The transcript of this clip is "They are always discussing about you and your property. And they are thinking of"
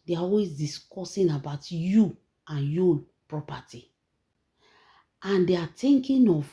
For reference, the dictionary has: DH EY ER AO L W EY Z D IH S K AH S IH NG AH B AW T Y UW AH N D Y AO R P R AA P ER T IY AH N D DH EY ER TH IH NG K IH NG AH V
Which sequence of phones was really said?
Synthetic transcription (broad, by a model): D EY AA AO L W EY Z D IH S K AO S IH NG AH B AW T Y UW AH N Y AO P R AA P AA T IY AH N D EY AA T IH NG K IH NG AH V